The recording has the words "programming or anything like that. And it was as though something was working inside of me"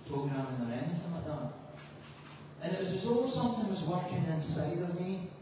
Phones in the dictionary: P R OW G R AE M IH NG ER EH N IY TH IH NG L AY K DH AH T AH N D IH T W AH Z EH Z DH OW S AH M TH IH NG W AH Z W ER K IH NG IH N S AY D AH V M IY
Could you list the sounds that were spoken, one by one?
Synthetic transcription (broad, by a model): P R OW G R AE M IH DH ER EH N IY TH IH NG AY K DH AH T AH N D IH T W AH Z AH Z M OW S AH M TH IH NG W AH Z W ER K IH NG IH N S AY D AH V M IY